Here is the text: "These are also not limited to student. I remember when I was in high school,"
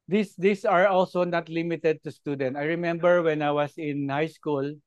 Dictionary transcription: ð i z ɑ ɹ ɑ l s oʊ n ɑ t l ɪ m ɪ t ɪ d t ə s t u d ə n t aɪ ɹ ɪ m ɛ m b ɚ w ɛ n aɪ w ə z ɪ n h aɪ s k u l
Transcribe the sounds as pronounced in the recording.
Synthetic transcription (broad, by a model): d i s ɑ ɹ ɑ l s oʊ n ɑ t l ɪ m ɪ t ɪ d t ə s t u d ə n t aɪ ɹ ɪ m ɛ m b ɚ w ɛ n aɪ w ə s ɪ n h aɪ s k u l